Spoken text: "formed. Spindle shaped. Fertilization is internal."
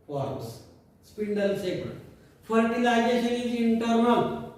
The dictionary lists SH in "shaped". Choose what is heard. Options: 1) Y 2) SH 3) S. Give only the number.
3